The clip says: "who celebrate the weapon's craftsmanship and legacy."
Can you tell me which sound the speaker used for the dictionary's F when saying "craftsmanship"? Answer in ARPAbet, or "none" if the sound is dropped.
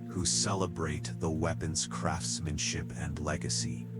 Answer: F